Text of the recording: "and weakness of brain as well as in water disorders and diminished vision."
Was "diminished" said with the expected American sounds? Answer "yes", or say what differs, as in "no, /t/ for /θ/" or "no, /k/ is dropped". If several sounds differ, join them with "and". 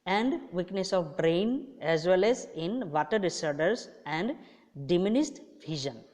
no, /s/ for /ʃ/